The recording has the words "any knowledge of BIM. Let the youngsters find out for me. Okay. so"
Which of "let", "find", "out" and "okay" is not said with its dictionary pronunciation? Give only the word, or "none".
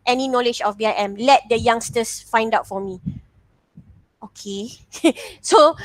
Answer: none